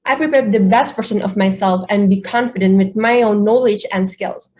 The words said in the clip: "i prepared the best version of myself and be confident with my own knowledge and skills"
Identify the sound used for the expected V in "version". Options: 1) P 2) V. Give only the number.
1